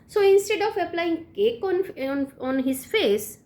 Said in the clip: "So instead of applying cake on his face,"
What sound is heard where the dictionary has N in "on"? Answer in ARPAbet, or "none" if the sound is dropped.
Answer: N